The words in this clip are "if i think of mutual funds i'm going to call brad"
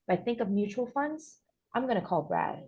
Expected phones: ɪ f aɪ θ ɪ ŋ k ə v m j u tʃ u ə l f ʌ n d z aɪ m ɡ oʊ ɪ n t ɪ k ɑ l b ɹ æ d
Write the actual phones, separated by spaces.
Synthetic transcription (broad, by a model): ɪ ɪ θ ɪ ŋ k ə v m j u tʃ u l f ʌ n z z aɪ m ɡ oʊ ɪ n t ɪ k ɑ l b ɹ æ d